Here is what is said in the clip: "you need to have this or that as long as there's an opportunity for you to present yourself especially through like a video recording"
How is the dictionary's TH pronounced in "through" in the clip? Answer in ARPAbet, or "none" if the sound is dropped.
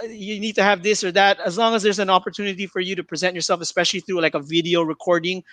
TH